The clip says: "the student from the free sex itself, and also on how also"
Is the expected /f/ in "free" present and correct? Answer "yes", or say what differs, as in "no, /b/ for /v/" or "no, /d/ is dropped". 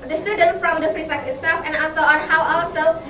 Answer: no, /p/ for /f/